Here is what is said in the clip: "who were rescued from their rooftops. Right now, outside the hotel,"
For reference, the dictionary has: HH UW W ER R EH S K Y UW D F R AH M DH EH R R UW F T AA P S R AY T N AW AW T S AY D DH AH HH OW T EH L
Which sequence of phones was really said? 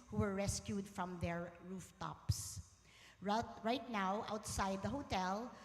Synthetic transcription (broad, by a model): HH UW W ER R EH S K Y UW D F R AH M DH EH R R UW F T AA P S R AY T N AW AW T S AY D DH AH HH OW T EH L